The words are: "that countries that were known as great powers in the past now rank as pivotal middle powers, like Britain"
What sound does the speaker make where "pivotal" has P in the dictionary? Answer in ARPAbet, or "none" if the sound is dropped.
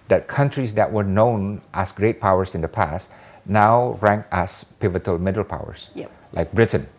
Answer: P